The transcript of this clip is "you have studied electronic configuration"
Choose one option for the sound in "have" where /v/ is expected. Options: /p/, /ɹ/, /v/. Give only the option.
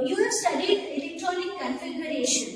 /p/